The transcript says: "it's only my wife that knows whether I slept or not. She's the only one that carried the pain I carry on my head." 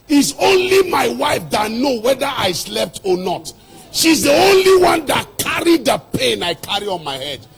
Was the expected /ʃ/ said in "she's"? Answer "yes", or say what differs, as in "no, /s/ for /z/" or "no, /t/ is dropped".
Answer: yes